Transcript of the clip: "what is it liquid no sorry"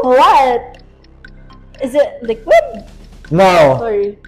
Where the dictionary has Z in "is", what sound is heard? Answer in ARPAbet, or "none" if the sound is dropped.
Z